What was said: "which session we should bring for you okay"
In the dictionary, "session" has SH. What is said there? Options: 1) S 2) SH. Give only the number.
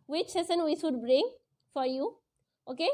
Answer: 1